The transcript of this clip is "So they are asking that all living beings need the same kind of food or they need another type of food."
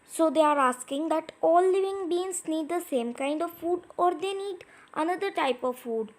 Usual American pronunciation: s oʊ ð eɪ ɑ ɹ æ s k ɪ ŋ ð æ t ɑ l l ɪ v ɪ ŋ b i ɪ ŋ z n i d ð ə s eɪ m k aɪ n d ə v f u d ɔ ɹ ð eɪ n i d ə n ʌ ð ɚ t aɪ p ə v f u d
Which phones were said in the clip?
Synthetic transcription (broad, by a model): s oʊ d eɪ ɑ ɹ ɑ s k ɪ ŋ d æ t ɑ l l ɪ v ɪ ŋ b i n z n i d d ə s eɪ m k aɪ n d ə v f u d ɔ ɹ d eɪ n i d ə n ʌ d ɚ t aɪ p ə v f u d